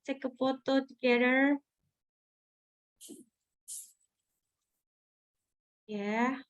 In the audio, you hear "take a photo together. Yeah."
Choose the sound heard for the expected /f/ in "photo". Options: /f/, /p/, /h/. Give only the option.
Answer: /p/